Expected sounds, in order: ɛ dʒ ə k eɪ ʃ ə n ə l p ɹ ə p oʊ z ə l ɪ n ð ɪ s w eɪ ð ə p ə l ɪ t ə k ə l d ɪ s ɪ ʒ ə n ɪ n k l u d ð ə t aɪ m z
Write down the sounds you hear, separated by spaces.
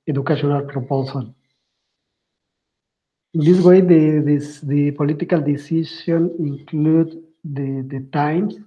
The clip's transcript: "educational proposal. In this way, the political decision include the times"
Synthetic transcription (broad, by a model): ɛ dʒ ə k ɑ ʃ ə n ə l p ɹ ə p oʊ s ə l ɪ n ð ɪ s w eɪ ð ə p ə l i t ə k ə l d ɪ s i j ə n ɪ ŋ k l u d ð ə t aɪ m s